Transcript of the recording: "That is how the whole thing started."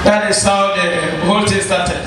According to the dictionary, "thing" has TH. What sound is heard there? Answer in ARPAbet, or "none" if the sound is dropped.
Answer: T